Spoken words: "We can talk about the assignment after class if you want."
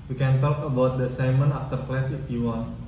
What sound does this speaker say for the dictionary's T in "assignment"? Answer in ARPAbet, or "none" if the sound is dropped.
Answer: none